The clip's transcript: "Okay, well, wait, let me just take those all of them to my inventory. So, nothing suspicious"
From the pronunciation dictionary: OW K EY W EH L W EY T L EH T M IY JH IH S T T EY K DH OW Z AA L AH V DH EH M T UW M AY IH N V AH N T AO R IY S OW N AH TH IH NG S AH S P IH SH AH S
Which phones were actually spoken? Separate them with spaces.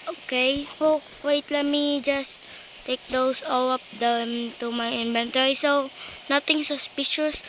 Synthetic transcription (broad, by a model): OW K EY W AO W EY T L EH T M IY JH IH S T T EY K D OW S AA L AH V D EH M T UW M AY IH N V AH N T AO R IY S OW N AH T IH NG S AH S P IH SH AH S